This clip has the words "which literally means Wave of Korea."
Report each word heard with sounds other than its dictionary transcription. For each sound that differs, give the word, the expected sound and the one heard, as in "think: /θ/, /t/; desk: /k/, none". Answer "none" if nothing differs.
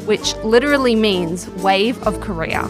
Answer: none